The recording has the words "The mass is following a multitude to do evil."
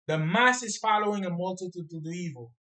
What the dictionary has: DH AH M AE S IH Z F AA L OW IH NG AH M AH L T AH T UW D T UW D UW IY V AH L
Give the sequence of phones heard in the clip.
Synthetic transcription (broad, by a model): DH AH M AE S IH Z F AA L OW IH NG AH M AH L T AH T UW D T UW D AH IY V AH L